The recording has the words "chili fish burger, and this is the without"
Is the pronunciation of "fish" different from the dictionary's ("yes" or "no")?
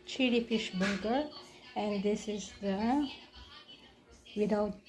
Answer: no